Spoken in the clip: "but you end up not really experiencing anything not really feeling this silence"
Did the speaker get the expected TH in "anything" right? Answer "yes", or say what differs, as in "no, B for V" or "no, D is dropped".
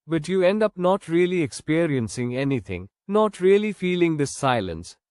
no, T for TH